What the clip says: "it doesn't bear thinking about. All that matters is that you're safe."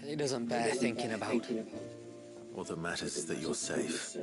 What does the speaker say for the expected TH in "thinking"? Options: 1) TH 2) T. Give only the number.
1